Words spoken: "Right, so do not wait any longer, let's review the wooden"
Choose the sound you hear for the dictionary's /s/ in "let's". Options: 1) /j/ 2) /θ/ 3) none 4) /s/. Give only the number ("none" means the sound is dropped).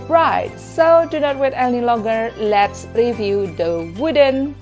4